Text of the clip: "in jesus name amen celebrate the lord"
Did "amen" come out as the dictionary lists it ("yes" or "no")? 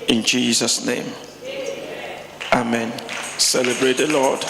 yes